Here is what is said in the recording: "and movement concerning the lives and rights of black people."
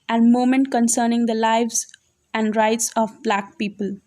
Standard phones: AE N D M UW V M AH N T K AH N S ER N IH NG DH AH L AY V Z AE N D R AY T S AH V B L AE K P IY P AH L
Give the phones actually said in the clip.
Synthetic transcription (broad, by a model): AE N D M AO M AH N T K AH N S ER N IH NG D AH L AY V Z AE N D R AY T S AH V B L AE K P IY P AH L